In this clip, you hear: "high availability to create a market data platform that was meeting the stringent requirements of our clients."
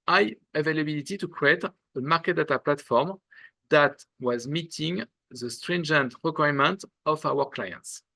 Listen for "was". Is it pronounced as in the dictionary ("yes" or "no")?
yes